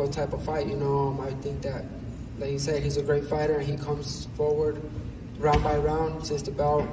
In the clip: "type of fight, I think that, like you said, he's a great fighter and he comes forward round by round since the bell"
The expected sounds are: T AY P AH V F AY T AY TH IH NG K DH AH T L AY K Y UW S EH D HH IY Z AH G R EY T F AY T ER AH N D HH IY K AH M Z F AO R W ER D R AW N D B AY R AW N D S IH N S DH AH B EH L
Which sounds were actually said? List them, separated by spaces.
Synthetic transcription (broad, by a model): T AY P AH V F AY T AY TH IH NG K DH AH T L AY K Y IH S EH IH HH IY Z AH G R EY T F AY T ER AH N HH IY K AH M Z F AO R W ER D R AW N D B AY R AW N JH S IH S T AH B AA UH